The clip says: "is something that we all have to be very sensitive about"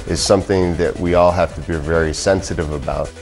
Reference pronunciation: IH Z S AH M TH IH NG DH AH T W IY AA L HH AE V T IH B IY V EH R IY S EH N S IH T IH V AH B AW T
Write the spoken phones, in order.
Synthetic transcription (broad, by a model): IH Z S AH M TH IH NG DH AH T W IY AA L HH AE F T IH B IY V EH R IY S EH N S IH T IH V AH B AW T